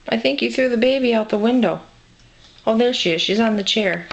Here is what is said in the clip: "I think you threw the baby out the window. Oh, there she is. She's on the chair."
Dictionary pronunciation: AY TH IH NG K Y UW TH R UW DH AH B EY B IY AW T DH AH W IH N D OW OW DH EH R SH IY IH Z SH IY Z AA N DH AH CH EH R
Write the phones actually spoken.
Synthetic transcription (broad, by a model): AY TH IH NG K Y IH TH R UW DH AH B EY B IY AW T DH AH W IH N D OW OW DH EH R SH IY IH Z SH IY Z N DH AH CH EH R